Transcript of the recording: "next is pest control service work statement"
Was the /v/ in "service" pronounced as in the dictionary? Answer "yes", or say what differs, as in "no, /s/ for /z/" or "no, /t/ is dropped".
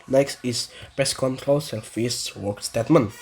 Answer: no, /f/ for /v/